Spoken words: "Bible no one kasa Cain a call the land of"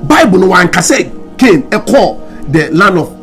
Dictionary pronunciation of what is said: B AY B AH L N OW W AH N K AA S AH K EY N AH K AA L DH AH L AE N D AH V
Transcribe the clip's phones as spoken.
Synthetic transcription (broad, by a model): B AY B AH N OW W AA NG K AA S AH K EY N AH K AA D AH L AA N AH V